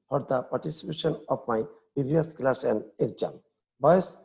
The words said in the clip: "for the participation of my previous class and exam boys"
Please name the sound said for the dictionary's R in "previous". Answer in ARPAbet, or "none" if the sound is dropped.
none